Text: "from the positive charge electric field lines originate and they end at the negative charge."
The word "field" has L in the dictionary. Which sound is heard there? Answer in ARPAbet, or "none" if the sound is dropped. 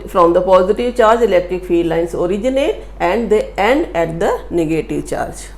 none